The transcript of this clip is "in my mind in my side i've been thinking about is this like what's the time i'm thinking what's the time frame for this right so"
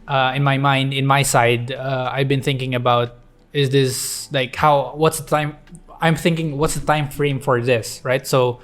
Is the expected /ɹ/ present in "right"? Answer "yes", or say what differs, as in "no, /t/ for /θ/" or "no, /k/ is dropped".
yes